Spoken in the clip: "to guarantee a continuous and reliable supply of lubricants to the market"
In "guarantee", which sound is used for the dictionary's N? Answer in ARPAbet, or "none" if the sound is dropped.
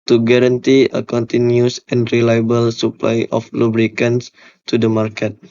N